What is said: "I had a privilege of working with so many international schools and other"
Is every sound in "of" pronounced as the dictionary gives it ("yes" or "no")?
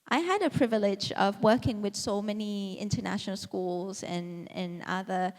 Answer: yes